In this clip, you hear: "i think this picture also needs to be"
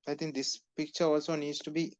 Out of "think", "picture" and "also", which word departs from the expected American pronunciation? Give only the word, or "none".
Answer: think